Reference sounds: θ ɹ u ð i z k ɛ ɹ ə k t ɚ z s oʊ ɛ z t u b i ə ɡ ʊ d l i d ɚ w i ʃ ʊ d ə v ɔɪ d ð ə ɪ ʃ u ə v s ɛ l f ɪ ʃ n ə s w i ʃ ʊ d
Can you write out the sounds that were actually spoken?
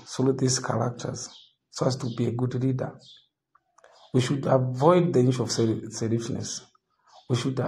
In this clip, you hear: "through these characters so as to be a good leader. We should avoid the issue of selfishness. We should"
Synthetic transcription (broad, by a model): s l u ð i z k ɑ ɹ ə k t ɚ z s oʊ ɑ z t u b i ə ɡ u d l i d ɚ w i ʃ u d ə v ɔɪ d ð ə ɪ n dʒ ə v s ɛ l ɪ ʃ n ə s w i ʃ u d